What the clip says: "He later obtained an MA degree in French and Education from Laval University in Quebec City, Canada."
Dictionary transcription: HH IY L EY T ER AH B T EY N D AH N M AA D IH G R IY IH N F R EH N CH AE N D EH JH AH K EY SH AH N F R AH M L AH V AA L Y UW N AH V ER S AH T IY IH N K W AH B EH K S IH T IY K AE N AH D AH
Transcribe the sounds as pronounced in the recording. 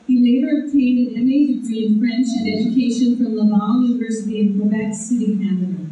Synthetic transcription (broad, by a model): HH IY L EY T ER AH B T EY N D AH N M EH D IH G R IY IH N F R EH N CH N EH JH AH K EY SH AH N F R AH M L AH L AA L Y UW N AH V ER S AH T IY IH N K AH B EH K S IH T IY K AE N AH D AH